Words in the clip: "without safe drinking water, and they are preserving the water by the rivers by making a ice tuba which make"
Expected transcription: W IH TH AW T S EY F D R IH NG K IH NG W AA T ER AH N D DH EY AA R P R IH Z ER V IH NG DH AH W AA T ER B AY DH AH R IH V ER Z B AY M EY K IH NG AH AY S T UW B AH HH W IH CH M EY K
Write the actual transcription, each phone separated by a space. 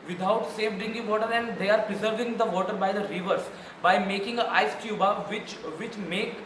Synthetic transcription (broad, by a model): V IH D AW T S EY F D IH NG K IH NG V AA T ER AH N D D EY AA R P R IH Z ER V IH NG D AH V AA T ER B AY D AH R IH V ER S B AY M EY K IH NG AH AY S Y UW B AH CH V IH CH M EY K